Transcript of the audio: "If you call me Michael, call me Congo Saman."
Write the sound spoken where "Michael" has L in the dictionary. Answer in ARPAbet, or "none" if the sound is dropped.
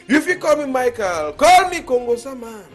L